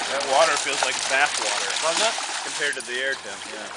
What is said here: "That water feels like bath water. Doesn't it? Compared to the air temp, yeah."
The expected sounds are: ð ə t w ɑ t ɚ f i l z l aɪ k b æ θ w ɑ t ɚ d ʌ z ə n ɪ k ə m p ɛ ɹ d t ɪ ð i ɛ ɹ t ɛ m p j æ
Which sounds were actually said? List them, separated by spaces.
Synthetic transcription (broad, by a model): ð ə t w ɑ t ɚ f i l z l aɪ k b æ s w ɑ t ɚ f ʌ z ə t k ə m p ɛ ɹ d t ɪ ð i ɛ ɹ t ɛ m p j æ